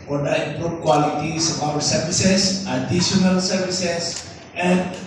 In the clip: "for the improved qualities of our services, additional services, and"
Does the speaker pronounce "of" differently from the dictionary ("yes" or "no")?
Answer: yes